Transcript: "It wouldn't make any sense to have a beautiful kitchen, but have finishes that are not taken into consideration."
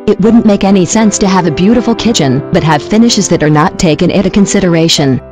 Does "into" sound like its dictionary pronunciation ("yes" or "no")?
no